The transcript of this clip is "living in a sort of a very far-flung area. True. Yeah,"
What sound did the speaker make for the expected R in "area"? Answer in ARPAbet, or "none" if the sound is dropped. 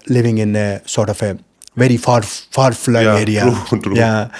L